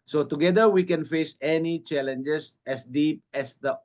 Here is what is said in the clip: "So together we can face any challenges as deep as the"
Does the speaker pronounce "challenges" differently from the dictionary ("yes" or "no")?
yes